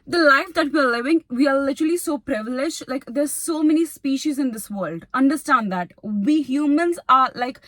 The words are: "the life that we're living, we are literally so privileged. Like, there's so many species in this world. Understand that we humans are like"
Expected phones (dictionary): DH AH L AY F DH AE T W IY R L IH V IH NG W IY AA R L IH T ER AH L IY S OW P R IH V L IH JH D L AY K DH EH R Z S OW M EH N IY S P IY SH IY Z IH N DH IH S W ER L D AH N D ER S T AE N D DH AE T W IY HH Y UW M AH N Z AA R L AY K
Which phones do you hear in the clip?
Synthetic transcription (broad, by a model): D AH L AY F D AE T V IY R L IH V IH NG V IY AA R L IH T ER AH L IY S OW P R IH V L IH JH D L AY K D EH R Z S OW M EH N IY S P IY SH IY Z IH N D IH S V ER L D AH N D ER S T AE N D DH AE T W IY HH Y UW M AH N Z AA R L AY K